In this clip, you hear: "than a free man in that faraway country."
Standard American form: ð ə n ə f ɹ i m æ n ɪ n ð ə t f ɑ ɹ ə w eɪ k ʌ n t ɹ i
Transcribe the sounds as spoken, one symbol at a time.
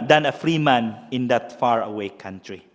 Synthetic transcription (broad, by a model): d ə n ə f ɹ i m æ n ɪ n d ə t f ɑ ɹ ə w eɪ k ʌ n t ɹ i